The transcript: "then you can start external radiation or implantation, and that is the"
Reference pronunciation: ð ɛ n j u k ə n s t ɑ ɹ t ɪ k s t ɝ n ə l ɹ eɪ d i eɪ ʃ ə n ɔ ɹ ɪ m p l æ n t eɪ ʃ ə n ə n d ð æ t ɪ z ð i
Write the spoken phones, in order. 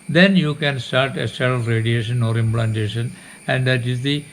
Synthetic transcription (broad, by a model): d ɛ n j u k ə n s t ɑ ɹ t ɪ s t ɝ ə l ɹ eɪ d i eɪ ʃ ə n ɔ ɹ ɪ m p l æ n t eɪ ʃ ə n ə n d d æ t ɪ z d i